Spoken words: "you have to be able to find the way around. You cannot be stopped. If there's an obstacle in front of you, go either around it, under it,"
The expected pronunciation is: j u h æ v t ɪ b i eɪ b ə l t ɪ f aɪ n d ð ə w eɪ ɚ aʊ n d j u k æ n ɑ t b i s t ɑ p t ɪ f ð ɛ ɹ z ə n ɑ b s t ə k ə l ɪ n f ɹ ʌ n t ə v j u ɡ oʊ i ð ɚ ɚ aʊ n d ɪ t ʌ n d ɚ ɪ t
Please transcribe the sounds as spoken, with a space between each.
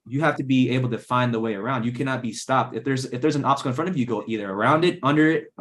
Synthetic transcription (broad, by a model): j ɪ h æ f t ɪ b i eɪ b l t ɪ f aɪ n ð ə w eɪ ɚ aʊ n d j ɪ k æ n ɑ t b i s t ɑ p t ɪ f ð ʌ ɹ z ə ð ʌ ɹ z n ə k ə ɪ n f ɹ ʌ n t ə v j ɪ ɡ oʊ i ð ɚ ɚ aʊ n d ɪ t ʌ n d ɚ ɪ t